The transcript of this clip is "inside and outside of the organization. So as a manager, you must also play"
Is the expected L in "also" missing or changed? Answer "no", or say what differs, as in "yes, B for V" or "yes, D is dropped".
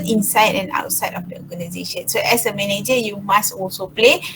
no